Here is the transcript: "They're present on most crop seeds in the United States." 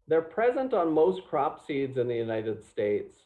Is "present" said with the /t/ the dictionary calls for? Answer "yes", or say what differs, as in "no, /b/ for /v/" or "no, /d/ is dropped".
yes